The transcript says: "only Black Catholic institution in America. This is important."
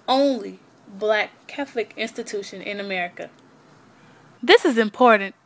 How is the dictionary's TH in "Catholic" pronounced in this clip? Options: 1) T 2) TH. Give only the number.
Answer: 2